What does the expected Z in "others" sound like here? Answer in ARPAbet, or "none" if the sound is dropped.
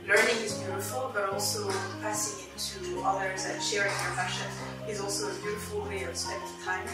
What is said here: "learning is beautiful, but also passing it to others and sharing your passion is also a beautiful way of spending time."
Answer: Z